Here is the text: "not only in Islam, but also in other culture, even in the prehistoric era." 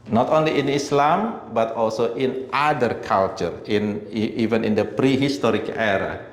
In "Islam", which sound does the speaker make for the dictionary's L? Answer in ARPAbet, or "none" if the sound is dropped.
L